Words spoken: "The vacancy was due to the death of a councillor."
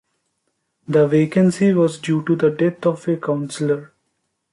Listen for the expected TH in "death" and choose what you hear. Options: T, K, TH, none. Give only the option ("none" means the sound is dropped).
T